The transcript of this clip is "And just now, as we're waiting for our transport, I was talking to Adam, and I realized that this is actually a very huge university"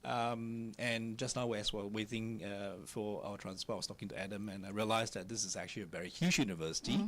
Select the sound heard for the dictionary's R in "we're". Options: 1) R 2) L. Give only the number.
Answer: 2